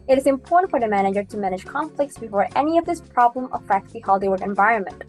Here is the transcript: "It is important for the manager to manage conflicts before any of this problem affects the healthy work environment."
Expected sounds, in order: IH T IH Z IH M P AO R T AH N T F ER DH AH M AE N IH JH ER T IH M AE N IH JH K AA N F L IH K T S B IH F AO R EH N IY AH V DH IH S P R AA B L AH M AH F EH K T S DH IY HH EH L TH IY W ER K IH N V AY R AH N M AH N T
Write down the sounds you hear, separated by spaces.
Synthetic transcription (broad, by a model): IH T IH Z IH M P AO R T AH N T F ER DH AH M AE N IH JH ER T IH M AE N IH JH K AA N F L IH K T S B IH F AO R EH N IY AH V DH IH S P R AA B L AH M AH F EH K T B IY HH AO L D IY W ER IH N V AY R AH N M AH N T